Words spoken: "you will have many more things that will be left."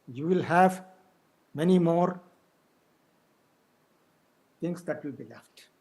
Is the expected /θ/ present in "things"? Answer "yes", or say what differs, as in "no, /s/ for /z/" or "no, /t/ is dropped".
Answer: no, /t/ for /θ/